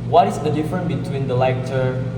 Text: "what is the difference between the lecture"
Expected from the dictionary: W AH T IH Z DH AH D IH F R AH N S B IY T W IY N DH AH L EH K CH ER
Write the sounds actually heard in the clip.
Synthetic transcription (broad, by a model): W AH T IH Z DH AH D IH F R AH N B IY T W IY N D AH L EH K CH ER